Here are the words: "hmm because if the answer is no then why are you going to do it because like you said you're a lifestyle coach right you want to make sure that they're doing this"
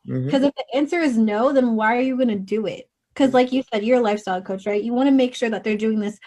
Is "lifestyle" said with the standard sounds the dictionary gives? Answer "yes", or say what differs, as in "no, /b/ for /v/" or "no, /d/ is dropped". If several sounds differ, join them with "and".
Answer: yes